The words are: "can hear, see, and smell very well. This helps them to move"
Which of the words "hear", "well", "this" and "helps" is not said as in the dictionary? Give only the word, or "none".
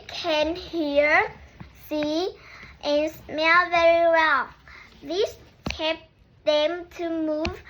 helps